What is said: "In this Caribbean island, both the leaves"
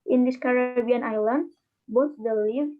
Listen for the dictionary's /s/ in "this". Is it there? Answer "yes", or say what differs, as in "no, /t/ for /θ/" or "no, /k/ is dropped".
no, /ʃ/ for /s/